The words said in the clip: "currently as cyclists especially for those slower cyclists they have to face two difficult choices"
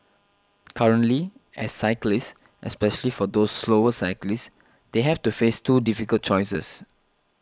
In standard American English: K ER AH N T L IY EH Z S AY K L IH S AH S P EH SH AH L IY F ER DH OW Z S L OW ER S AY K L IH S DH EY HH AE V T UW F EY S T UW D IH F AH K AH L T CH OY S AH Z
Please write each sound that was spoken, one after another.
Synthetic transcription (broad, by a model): K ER AH N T L IY EH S AY K L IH S AH S P EH SH AH L IY F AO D OW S L OW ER S AY K L IH S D EY HH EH F T UW F EY S T UW D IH F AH K AH L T CH OY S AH S